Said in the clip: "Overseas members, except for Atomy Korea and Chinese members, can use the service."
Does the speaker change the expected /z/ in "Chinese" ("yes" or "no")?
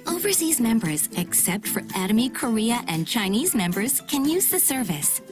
no